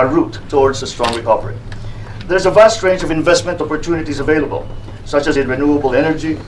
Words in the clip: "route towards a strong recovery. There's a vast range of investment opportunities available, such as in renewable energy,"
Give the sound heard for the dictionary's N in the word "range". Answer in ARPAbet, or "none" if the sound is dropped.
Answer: N